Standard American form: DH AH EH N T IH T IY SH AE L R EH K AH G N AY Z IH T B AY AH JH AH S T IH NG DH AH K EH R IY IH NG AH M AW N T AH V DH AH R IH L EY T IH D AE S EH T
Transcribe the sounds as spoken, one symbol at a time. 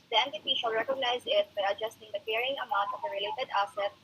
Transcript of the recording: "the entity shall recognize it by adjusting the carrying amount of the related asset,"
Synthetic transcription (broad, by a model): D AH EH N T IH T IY SH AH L R EH K AH G N AY Z IH T B AY AH JH AH S T IH NG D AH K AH R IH NG AH M AW N T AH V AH R IH L EY T IH D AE S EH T